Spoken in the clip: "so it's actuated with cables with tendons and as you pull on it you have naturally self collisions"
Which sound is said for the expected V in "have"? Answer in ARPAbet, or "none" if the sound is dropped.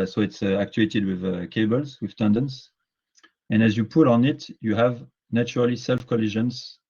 V